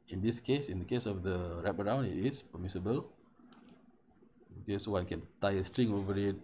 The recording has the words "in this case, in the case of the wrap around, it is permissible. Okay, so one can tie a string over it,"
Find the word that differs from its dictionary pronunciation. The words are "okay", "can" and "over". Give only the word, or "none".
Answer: none